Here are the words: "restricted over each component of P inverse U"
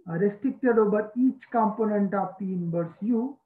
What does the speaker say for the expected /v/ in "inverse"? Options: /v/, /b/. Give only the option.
/b/